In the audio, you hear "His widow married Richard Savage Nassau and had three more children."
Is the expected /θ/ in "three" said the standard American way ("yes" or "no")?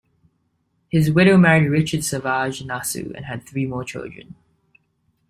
yes